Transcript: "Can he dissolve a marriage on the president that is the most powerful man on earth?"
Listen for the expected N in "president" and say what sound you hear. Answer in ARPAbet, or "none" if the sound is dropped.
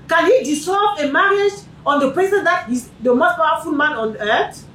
none